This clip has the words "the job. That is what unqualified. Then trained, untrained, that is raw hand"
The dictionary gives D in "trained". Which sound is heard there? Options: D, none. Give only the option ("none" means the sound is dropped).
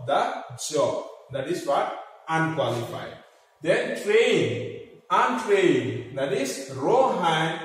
none